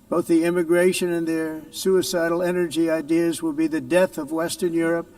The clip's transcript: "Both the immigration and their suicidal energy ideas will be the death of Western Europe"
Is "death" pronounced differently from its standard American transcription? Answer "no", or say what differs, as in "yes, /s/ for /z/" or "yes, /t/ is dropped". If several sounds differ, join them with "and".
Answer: no